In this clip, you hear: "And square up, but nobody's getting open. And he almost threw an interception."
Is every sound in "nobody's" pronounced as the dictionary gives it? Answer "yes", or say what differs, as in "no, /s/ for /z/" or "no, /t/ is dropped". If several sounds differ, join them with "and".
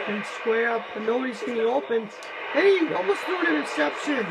yes